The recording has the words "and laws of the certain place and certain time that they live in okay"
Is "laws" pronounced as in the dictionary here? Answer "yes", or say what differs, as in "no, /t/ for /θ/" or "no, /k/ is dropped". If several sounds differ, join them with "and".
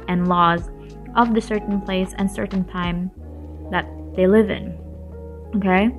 yes